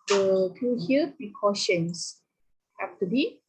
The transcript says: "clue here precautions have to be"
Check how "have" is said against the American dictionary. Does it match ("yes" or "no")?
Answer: no